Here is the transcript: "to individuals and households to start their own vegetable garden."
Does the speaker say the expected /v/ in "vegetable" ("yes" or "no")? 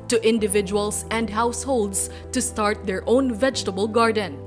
yes